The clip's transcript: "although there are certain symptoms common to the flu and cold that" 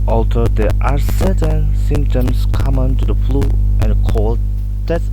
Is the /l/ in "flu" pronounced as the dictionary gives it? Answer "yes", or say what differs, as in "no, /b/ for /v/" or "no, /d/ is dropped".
yes